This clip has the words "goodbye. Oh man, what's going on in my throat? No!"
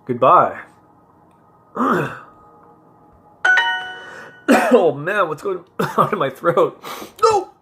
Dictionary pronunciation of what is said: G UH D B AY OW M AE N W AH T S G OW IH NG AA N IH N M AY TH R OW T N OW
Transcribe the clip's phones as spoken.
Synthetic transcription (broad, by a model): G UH D B AY OW M AE N W AH T S G OW IH NG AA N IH M AY TH R OW T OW